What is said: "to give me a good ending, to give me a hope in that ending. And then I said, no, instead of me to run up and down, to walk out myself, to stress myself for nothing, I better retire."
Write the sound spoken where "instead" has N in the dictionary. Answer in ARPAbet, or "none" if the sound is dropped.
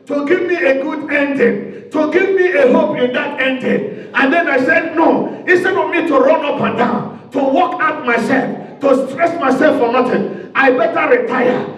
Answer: none